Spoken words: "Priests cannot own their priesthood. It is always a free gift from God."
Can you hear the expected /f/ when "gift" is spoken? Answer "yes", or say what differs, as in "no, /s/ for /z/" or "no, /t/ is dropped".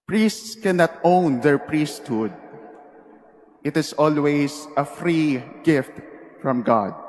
yes